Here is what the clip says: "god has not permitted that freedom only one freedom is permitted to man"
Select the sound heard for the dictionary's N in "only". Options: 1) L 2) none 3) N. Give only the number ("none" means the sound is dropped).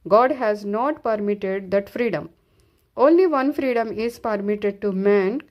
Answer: 3